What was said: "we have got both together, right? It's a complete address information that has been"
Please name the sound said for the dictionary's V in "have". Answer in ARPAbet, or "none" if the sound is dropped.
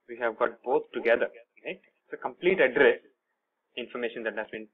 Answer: V